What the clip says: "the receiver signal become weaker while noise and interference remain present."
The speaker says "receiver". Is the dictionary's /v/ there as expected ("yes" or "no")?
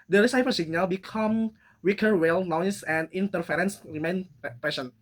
no